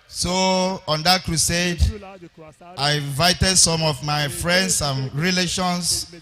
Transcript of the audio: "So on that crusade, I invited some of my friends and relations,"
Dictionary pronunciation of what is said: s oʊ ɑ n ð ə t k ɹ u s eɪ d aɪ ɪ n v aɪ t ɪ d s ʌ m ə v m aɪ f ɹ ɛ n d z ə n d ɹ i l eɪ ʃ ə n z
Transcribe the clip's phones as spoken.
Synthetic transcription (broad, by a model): s oʊ ɑ n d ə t k ɹ u s eɪ d aɪ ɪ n v aɪ t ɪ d s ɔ m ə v m aɪ f ɹ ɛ n d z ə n ɹ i l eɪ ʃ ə n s